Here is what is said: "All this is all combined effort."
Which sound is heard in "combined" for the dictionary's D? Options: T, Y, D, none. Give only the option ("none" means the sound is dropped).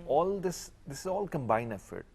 none